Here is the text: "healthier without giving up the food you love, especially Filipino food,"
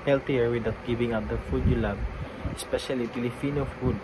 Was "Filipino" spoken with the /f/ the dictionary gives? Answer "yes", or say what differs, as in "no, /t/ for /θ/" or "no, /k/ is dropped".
no, /p/ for /f/